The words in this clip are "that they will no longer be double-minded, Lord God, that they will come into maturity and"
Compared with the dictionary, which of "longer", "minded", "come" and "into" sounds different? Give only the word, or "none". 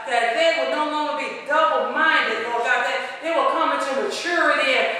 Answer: none